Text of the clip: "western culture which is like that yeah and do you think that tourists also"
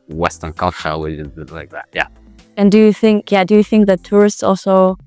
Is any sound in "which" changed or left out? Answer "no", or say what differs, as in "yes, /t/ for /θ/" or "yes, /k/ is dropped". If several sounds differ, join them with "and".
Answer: yes, /tʃ/ is dropped